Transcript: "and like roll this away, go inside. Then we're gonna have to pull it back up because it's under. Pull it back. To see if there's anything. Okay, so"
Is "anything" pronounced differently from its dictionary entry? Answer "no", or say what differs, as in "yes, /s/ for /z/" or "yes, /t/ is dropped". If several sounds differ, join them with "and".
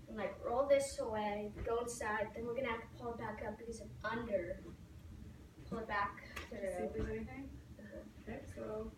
yes, /n/ is dropped